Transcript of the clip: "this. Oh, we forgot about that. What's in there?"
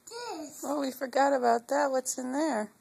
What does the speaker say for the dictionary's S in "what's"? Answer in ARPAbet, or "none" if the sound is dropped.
S